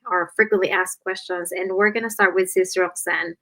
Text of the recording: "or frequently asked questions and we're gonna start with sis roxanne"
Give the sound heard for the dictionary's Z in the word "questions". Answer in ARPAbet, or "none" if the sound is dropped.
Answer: Z